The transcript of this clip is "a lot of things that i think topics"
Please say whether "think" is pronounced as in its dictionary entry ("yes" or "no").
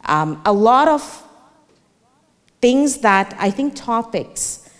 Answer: yes